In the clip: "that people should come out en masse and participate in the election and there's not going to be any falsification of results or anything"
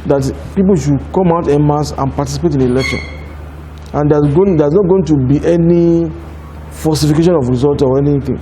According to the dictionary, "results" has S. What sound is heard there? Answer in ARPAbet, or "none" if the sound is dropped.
none